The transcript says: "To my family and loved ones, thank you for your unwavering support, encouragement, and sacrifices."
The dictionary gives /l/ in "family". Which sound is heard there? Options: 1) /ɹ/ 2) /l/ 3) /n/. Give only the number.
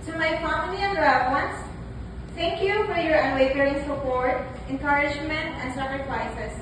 3